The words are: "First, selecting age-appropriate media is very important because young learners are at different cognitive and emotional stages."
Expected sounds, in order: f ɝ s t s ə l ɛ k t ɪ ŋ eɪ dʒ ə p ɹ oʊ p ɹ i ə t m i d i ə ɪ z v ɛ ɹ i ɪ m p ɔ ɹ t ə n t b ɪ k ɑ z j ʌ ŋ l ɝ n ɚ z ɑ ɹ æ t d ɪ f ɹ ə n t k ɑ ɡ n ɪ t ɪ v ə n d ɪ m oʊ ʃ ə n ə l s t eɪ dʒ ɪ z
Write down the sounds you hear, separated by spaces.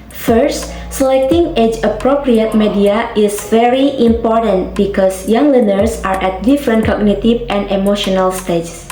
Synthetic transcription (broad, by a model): f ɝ s t s ə l ɛ k t ɪ ŋ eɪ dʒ ə p ɹ oʊ p ɹ i ə t m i d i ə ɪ s v ɛ ɹ i ɪ m p ɔ ɹ t ə n t b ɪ k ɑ s j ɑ ŋ l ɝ n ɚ s ɑ ɹ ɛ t d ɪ f ɹ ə n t k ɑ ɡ n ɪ t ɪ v ə n d ɪ m oʊ ʃ ə n ə l s t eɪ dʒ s